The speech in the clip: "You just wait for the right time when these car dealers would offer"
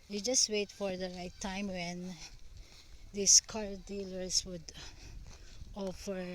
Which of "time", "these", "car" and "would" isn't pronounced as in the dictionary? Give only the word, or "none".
these